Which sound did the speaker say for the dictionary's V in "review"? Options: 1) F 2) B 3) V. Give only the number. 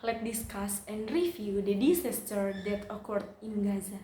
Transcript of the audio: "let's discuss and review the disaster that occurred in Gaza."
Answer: 1